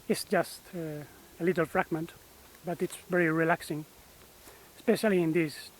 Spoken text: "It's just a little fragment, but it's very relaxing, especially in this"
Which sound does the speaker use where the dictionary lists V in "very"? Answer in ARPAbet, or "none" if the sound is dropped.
V